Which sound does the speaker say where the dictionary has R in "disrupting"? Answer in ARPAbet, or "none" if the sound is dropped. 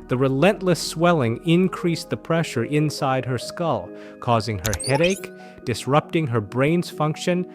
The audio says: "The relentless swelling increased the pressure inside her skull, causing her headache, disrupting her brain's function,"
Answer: R